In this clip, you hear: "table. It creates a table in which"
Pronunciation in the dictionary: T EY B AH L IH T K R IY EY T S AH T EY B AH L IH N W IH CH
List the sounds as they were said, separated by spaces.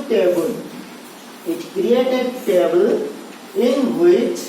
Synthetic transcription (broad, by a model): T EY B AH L IH T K R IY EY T AH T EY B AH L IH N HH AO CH